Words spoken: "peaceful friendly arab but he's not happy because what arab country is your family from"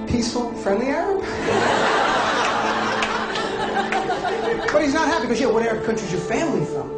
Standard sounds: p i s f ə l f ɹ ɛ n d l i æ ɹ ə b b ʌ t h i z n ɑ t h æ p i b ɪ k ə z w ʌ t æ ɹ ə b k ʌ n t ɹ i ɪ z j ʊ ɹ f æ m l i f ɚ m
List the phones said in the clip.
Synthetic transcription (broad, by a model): p i s f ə l f ɹ ɛ n d l i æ ɹ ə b b ʌ t h i z n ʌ t h æ p i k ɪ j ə w ʌ t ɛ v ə k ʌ n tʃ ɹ i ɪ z j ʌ ɹ f æ m l i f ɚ